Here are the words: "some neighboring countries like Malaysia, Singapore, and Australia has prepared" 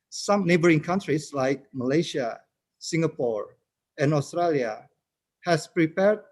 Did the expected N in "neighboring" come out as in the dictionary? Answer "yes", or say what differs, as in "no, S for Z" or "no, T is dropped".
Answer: yes